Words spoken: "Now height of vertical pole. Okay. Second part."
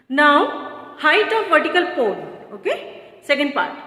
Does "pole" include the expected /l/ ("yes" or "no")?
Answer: no